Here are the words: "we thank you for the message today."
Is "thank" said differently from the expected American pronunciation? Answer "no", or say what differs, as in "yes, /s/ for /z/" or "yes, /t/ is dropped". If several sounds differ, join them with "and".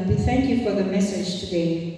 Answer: no